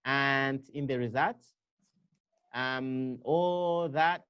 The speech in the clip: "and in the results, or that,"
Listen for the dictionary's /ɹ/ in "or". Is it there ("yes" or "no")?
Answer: no